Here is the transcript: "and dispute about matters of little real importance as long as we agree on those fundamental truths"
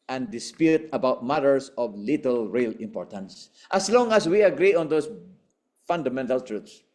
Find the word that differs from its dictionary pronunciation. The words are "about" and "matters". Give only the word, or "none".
matters